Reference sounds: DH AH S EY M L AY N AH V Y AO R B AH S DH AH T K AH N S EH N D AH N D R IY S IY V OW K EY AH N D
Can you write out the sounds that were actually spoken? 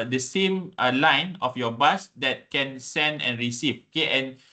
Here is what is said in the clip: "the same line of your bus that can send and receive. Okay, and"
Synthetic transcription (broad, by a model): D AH S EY M L AY N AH F Y AO B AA S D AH T K AH N S EH N D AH N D R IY S IY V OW K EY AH N